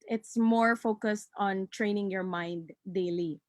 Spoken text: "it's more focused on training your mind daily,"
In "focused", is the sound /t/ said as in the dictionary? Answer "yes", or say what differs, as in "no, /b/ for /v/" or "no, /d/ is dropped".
yes